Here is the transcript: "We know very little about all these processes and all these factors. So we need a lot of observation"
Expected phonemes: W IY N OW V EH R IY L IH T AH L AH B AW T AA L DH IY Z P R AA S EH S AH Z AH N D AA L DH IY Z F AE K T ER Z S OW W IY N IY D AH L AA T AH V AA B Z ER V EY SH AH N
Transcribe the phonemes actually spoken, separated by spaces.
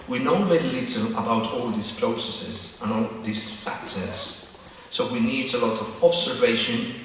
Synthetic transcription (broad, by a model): W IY N OW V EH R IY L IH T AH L AH B AW T AA L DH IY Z P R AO S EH S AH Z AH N AA L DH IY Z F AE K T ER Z S OW W IY N IY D AH L AA T AH V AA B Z ER V EY SH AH N